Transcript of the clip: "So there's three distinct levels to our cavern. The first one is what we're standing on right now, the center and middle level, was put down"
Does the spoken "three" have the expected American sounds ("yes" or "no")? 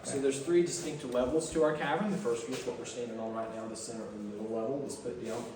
yes